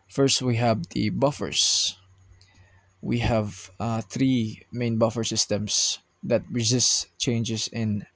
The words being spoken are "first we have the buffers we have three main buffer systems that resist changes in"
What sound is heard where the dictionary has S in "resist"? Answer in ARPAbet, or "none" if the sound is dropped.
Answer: S